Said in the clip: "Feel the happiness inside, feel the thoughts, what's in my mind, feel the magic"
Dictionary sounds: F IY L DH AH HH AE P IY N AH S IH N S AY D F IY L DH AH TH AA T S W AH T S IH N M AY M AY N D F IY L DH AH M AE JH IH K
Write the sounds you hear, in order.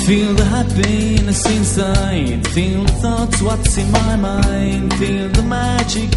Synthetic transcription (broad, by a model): F IY L DH AH HH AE B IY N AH S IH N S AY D F IY L DH AH TH AA T S W AH T S IH N M AY M AY N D F IY L DH AH M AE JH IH K